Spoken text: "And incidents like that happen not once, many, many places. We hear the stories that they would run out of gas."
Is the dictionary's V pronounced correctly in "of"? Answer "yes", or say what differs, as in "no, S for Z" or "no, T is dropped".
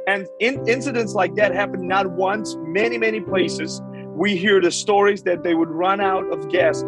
yes